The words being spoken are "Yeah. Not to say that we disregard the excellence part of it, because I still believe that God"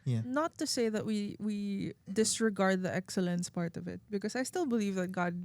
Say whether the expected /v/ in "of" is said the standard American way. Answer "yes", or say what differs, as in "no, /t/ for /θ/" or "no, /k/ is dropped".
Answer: yes